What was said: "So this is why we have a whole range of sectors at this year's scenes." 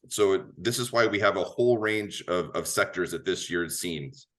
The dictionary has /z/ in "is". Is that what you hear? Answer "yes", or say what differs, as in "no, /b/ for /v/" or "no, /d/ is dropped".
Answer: yes